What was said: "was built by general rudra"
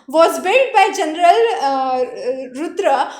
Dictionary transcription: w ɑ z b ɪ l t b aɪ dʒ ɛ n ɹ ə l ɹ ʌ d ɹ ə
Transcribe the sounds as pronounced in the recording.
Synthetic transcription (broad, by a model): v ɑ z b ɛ t b aɪ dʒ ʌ n ɹ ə l ɹ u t ɹ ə